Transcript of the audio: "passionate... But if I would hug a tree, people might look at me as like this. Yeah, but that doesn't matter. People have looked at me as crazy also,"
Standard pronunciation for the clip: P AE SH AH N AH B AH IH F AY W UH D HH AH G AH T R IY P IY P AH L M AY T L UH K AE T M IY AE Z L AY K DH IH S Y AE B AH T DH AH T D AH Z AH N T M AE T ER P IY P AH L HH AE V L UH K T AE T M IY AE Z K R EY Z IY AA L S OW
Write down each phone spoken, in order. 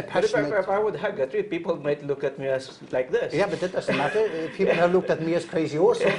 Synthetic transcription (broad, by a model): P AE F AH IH W UH D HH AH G AH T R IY P IY P AH L M AY T L UH K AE T M IY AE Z L AY K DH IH S Y AE B AH T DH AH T D AH Z AH N T M AE T ER P IY P AH L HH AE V L UH K T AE T M IY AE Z K R EY Z IY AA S